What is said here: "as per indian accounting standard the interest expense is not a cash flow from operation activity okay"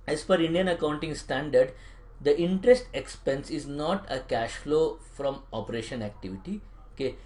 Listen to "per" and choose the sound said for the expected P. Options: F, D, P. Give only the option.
F